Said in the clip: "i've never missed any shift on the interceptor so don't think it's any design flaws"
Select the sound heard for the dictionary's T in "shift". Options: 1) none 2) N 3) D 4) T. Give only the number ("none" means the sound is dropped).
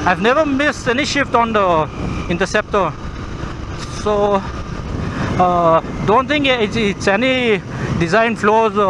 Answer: 4